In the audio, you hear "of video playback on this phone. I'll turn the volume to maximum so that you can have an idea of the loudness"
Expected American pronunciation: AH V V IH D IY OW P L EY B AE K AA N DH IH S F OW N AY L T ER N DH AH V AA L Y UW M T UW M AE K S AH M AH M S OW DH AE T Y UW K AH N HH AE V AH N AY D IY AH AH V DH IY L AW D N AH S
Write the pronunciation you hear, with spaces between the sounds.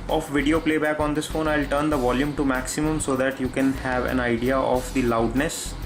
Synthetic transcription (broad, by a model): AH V V IH D IY OW P L EY B AE K AA N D IH S F OW N AY L T ER N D AH V AA L Y UW M T UW M AE K S AH M AH M S OW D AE T Y UW K AH N HH AE V AH N AY D IY AH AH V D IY L AW D N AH S